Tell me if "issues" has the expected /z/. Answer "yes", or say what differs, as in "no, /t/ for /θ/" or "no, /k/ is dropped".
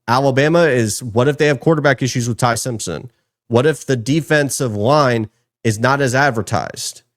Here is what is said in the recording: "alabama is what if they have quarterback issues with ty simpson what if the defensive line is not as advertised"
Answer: yes